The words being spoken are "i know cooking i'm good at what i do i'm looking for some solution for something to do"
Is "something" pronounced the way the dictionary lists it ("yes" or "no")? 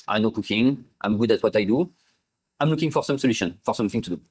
yes